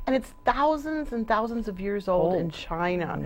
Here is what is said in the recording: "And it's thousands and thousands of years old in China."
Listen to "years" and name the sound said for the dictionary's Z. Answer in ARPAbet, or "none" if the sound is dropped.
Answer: Z